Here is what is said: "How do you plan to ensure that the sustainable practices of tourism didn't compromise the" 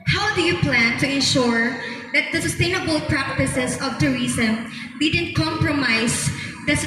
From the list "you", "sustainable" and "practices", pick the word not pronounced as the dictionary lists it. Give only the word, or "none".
practices